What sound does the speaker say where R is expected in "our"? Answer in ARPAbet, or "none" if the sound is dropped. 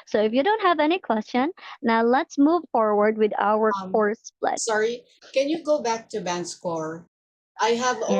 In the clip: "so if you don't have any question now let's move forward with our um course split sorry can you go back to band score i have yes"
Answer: W